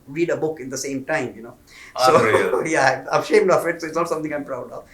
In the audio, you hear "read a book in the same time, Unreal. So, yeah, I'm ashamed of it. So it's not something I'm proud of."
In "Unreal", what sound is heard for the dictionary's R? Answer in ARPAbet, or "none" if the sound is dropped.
none